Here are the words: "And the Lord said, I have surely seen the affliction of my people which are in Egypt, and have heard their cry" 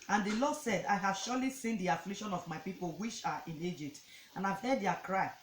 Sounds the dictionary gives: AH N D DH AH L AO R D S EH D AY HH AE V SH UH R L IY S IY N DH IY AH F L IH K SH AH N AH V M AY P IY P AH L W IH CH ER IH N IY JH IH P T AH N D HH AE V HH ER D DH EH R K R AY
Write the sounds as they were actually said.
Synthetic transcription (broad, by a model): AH N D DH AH L AO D S EH D AY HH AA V SH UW L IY S IY N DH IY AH F L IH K SH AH N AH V M AY P IY P AH L W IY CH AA IH N IY JH IH P T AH N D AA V HH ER D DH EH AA K R AY